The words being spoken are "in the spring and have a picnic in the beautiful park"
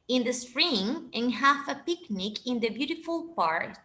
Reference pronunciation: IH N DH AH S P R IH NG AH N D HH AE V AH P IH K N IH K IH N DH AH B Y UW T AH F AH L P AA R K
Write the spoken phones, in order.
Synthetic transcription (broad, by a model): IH N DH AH S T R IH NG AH N HH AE F AH P IH K N IH K IH N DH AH B Y UW T AH F AH L P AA R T